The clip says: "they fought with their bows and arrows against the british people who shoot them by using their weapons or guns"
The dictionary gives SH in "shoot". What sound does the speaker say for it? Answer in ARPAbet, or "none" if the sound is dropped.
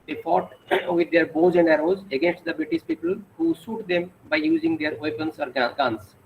S